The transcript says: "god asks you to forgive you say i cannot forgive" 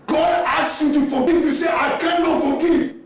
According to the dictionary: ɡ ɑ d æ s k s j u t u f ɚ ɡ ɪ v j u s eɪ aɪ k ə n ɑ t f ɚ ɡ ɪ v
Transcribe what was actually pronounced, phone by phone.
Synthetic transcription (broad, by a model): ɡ ɑ d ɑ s s j u t u f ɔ ɡ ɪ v j u s eɪ aɪ k ə n ɑ t f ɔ ɡ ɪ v